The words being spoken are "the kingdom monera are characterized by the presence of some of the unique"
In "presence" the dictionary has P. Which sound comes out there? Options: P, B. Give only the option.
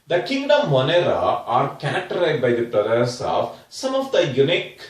B